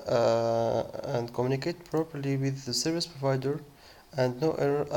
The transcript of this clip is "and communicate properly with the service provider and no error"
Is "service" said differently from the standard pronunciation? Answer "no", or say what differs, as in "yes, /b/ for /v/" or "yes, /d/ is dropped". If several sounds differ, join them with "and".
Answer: no